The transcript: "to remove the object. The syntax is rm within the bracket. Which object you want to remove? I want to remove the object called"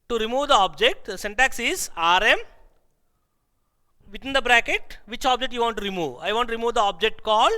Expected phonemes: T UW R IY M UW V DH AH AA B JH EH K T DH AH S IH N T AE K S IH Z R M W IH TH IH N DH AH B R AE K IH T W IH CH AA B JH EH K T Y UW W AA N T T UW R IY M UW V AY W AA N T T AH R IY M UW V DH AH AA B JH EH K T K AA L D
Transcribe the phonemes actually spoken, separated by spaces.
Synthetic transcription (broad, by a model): T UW R IY M UW V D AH AA B JH EH K T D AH S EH N T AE K S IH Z R M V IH T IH N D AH B R AE K IH T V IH CH AA B JH EH K T Y UW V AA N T T UW R IY M UW V AY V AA N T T R IY M UW V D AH AA B JH EH K T K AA L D